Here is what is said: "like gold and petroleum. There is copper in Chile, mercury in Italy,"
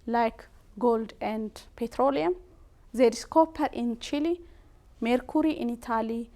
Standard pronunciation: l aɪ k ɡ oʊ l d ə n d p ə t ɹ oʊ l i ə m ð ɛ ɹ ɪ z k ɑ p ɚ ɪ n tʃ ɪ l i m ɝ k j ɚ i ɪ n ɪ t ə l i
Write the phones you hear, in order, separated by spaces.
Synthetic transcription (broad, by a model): l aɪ k ɡ oʊ l d ə n d p ə t ɹ oʊ l i ə m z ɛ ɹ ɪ s k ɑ p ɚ ɪ n tʃ ɪ l i m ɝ k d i ɪ n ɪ t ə l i